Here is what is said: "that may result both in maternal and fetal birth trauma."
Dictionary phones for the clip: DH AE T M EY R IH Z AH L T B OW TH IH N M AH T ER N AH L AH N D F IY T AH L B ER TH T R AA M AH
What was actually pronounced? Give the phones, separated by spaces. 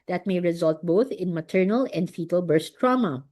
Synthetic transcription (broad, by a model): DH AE T M EY R IH Z AH L T B OW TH IH N M AH T ER N AH L AH N D F IY T AH L B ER S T R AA M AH